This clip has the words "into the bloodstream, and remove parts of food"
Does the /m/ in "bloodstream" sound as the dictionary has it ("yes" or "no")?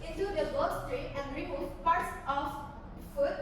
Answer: no